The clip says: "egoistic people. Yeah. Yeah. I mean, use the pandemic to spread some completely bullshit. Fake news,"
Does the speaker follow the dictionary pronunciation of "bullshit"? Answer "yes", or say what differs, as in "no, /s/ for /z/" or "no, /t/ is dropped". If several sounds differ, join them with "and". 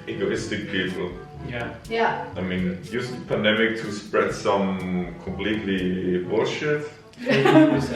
no, /l/ is dropped